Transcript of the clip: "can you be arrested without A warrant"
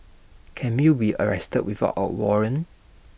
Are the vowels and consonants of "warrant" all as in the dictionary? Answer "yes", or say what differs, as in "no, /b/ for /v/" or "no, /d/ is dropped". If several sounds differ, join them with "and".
no, /t/ is dropped